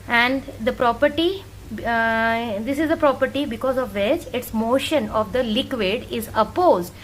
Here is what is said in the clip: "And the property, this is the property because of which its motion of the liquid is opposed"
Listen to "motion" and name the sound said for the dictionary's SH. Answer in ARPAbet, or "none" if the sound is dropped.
SH